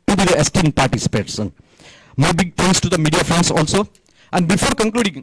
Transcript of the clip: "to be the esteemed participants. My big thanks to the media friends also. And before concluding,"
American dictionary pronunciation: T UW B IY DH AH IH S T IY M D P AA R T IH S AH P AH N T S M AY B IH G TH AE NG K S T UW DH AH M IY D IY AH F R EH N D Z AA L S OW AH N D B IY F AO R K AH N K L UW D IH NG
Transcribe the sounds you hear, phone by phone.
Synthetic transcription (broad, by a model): T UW B IY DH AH IH S T IY M D P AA R T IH S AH P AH T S M AY B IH G T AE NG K S T UW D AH M IY D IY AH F R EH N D S AA L S OW AH N D B IY F AO R K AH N K L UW D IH NG